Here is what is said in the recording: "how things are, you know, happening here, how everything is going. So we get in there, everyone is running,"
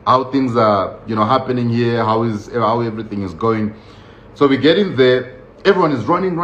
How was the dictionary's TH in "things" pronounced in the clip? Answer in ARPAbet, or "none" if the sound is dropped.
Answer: TH